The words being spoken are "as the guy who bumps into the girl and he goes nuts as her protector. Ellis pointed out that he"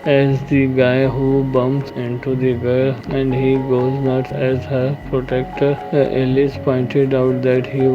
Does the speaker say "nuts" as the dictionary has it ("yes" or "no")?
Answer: no